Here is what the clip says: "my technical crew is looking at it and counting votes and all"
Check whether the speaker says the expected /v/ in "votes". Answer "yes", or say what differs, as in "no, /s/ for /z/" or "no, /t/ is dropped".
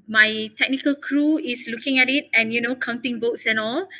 no, /b/ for /v/